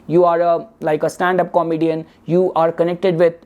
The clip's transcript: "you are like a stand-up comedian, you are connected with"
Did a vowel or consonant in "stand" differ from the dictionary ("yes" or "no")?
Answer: no